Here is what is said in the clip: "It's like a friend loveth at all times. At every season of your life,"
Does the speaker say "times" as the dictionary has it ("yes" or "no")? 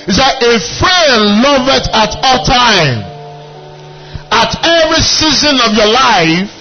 no